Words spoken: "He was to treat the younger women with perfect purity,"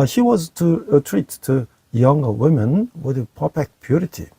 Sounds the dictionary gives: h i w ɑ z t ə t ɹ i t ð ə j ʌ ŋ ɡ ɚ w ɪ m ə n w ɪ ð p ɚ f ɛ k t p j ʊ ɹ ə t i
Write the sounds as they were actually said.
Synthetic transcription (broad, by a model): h i w ɑ z t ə t ɹ i t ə j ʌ ŋ ɡ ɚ w ɪ m ə n w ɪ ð p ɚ p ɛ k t p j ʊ ɹ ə t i